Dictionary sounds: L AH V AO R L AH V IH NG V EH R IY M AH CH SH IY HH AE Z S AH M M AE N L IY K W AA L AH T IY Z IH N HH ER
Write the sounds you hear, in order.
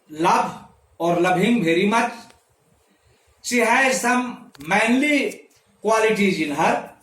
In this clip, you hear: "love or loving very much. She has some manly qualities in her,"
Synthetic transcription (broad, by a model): L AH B AO R L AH B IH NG B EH R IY M AH CH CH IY HH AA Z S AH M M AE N L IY K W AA L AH T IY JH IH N HH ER